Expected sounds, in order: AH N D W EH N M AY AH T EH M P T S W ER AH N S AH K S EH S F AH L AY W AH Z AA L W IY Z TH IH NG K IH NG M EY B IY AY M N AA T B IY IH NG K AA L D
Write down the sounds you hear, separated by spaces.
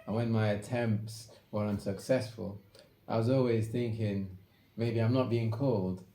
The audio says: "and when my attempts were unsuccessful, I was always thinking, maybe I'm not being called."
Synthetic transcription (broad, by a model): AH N W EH N M AY AH T EH M P T S W ER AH N S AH K S EH S F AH L AY W AH Z AA L W IY Z TH IH NG K IH NG M EY B IY AY M N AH T B IY IH NG K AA L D